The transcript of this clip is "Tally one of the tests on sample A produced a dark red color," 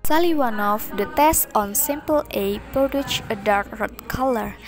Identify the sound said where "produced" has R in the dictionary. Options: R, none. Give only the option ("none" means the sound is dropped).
none